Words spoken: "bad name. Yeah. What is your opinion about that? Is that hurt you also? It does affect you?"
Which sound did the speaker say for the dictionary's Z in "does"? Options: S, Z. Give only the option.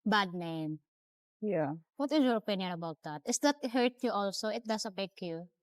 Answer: S